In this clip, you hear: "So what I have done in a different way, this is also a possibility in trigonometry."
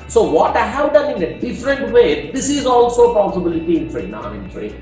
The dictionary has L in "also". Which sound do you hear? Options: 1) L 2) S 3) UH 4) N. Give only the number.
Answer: 1